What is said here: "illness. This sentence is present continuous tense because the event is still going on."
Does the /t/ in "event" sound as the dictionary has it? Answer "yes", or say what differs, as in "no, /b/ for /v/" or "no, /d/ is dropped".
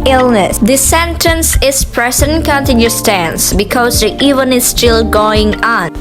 no, /t/ is dropped